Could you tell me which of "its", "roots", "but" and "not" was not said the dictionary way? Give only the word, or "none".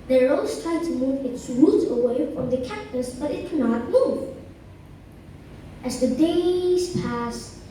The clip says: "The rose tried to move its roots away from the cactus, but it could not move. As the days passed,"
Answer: roots